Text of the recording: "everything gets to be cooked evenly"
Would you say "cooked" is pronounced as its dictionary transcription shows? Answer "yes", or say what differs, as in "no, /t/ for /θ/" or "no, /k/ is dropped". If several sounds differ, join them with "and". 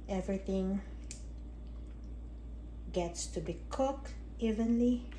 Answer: no, /t/ is dropped